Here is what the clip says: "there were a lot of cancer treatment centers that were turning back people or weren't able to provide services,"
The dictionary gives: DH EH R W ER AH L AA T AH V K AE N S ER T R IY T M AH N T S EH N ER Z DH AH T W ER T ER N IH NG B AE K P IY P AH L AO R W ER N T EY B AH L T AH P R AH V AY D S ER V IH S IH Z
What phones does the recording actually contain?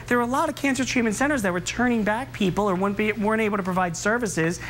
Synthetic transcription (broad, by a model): DH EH R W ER AH L AA T AH V K AE N S ER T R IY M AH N S EH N ER Z DH AH T W ER T ER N IH NG B AE K P IY P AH W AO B W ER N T EY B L T AH P R AH V AY D S ER V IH S IH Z